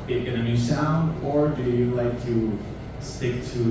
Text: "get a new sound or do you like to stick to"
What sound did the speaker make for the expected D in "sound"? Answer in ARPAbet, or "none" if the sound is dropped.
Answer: D